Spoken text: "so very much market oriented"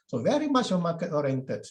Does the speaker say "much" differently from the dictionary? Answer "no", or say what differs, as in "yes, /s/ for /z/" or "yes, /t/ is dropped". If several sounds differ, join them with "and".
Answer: yes, /ʃ/ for /tʃ/